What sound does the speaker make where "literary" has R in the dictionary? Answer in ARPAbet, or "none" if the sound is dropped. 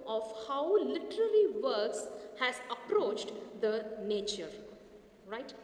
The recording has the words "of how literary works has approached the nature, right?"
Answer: L